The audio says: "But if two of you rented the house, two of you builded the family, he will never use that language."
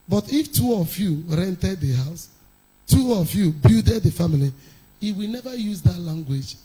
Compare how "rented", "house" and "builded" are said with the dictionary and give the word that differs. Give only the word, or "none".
builded